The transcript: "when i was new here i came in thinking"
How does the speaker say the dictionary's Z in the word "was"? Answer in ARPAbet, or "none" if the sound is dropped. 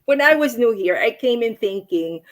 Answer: Z